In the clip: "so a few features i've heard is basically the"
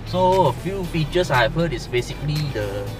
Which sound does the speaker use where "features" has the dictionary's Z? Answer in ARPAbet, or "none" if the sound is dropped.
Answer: S